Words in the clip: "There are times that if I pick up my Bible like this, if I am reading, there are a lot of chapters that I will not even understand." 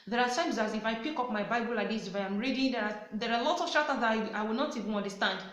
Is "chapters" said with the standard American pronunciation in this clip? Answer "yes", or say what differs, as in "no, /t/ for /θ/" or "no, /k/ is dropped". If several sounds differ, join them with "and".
no, /p/ is dropped